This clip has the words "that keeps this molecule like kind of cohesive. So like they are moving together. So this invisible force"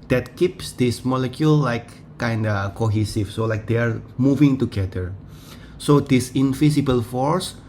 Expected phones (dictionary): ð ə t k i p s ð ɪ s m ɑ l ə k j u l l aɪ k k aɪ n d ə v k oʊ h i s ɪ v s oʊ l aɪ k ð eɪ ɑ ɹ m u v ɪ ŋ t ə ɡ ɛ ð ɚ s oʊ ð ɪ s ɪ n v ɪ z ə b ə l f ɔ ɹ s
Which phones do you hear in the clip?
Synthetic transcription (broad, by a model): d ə t k i p s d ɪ s m ɑ l ə k j u l l aɪ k k aɪ n d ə k oʊ h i s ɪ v s oʊ l aɪ k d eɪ ɑ ɹ m u v ɪ ŋ t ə ɡ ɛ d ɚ s oʊ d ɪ s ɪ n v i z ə b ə l f ɔ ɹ s